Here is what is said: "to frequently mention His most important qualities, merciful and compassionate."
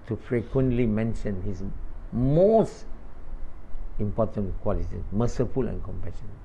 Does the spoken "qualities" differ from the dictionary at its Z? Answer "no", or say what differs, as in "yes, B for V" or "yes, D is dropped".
yes, Z is dropped